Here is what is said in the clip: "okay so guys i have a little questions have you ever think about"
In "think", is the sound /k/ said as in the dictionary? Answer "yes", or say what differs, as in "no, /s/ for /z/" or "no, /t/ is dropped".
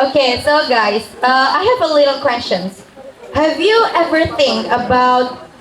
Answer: no, /k/ is dropped